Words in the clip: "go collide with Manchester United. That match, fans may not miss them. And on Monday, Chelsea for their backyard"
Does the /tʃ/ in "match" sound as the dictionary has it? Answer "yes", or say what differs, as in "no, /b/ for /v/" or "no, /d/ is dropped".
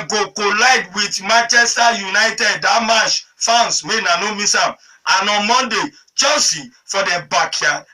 no, /ʃ/ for /tʃ/